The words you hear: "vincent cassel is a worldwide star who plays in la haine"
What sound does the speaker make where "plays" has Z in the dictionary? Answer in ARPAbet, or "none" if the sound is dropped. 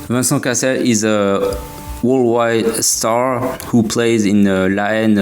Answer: Z